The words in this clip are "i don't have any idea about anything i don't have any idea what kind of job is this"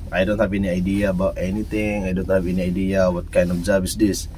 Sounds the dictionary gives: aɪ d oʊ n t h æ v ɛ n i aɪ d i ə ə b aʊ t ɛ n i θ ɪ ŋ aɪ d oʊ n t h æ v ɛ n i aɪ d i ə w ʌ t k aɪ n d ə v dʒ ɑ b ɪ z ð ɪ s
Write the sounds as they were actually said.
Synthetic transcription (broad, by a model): aɪ d oʊ n t h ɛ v ɛ n i aɪ d i ə ə b aʊ t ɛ n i t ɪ ŋ aɪ d oʊ n t h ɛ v ɛ n i aɪ d i ə w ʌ t k aɪ n d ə f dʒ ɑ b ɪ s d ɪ s